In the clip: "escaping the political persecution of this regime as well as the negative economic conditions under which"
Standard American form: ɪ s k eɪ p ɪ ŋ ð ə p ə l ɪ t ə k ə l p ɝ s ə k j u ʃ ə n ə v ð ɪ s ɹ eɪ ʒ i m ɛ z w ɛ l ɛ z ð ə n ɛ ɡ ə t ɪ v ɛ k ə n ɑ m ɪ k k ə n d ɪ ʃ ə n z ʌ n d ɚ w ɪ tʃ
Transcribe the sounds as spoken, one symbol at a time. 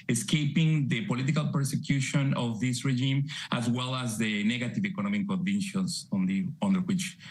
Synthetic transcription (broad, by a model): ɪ s k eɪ p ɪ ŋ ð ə p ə l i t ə k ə l p ɝ s ə k j u ʃ ə n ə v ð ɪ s ɹ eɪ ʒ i m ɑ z w ɛ l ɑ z ð ə n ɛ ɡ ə t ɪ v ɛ k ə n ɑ m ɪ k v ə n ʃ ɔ s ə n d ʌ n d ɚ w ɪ tʃ